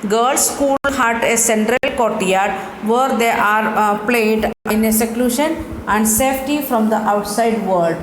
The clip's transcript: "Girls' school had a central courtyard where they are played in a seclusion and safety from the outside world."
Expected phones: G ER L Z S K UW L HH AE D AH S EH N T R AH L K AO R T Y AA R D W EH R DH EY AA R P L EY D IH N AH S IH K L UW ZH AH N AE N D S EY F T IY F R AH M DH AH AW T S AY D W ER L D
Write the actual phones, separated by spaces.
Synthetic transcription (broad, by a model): G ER L S K UW L HH AE D AH S EH N T R AH L K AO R T Y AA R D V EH R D EY AA R P L EY D IH N AH S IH K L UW SH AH N AE N D S EY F T IY F R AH M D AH AW T S AY D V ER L D